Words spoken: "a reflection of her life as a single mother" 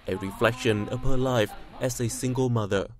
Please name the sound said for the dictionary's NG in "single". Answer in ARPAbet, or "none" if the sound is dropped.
NG